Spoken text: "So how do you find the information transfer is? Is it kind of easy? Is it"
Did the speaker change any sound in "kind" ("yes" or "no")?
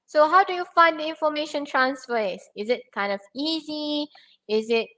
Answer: no